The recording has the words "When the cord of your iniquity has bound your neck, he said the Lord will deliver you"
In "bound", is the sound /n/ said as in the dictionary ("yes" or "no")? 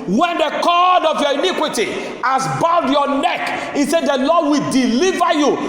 no